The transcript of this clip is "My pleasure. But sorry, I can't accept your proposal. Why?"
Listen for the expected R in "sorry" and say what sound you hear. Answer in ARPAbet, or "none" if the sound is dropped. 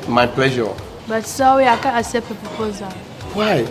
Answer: W